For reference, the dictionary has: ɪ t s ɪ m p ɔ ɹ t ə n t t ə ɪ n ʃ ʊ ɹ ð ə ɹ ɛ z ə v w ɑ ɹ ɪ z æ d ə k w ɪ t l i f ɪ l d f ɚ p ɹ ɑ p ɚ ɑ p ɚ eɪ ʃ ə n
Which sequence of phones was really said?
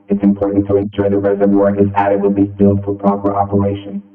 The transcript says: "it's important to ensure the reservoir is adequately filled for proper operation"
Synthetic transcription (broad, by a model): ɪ t s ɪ m p ɔ ɹ t n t t ə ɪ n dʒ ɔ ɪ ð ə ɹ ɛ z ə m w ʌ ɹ ɪ z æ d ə w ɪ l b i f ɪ l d f ɚ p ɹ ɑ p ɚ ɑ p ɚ eɪ ʃ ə n